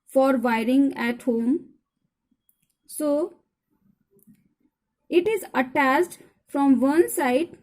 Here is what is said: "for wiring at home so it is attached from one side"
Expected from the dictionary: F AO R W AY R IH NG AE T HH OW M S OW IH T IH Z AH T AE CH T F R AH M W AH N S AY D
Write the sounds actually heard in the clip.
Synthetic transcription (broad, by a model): F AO R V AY R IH NG AE T HH OW M S OW IH T IH Z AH T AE S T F R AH M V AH N S AY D